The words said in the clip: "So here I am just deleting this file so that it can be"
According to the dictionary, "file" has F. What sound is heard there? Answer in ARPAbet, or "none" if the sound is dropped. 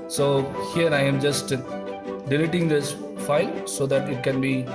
F